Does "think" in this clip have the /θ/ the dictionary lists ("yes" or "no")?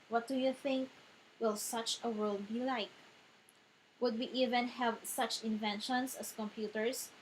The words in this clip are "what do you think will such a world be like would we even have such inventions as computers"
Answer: yes